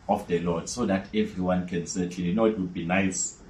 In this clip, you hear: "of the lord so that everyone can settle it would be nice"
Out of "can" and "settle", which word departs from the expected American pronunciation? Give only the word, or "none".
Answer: settle